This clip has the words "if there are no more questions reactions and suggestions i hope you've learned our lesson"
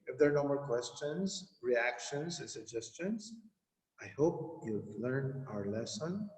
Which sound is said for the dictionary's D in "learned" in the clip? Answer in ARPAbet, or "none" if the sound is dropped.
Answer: none